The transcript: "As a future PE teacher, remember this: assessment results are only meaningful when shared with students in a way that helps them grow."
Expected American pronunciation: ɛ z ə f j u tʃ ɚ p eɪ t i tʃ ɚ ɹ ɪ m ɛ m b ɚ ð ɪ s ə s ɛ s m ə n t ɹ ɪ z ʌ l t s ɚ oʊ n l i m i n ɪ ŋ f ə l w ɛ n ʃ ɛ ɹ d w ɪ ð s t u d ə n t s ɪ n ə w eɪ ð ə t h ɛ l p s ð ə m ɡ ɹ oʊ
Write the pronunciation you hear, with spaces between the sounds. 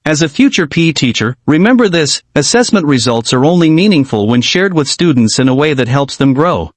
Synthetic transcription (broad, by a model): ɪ z ə f j u tʃ ɚ p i t i tʃ ɚ ɹ ɪ m ɛ m b ɚ ð ɪ s ə s ɛ s m ə n t ɹ ɪ z ʌ l t s ɚ oʊ n l i m i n ɪ ŋ f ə l w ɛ n ʃ ɛ ɹ d w ɪ ð s t u d n t s ɪ n ə w eɪ ð ə t h ɛ l p s ð ə m ɡ ɹ oʊ